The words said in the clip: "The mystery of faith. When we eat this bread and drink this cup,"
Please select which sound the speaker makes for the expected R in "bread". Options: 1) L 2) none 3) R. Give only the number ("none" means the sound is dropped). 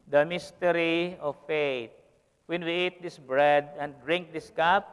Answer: 3